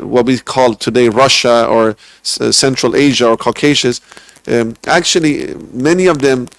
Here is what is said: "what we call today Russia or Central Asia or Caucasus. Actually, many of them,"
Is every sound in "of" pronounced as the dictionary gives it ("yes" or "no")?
yes